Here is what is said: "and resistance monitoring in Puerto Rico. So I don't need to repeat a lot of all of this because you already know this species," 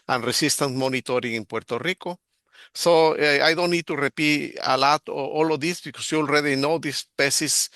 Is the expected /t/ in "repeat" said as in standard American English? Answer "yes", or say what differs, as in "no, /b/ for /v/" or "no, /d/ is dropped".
no, /t/ is dropped